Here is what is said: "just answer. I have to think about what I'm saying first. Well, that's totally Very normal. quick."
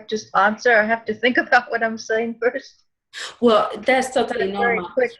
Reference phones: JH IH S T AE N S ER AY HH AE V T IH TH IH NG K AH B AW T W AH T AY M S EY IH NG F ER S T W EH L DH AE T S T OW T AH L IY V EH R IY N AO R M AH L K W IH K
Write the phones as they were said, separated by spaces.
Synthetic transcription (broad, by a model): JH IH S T AE N S ER AY HH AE F T IH TH IH NG K AH B AW T W AH T AY M S EY IH NG F ER S T W EH L DH AE T S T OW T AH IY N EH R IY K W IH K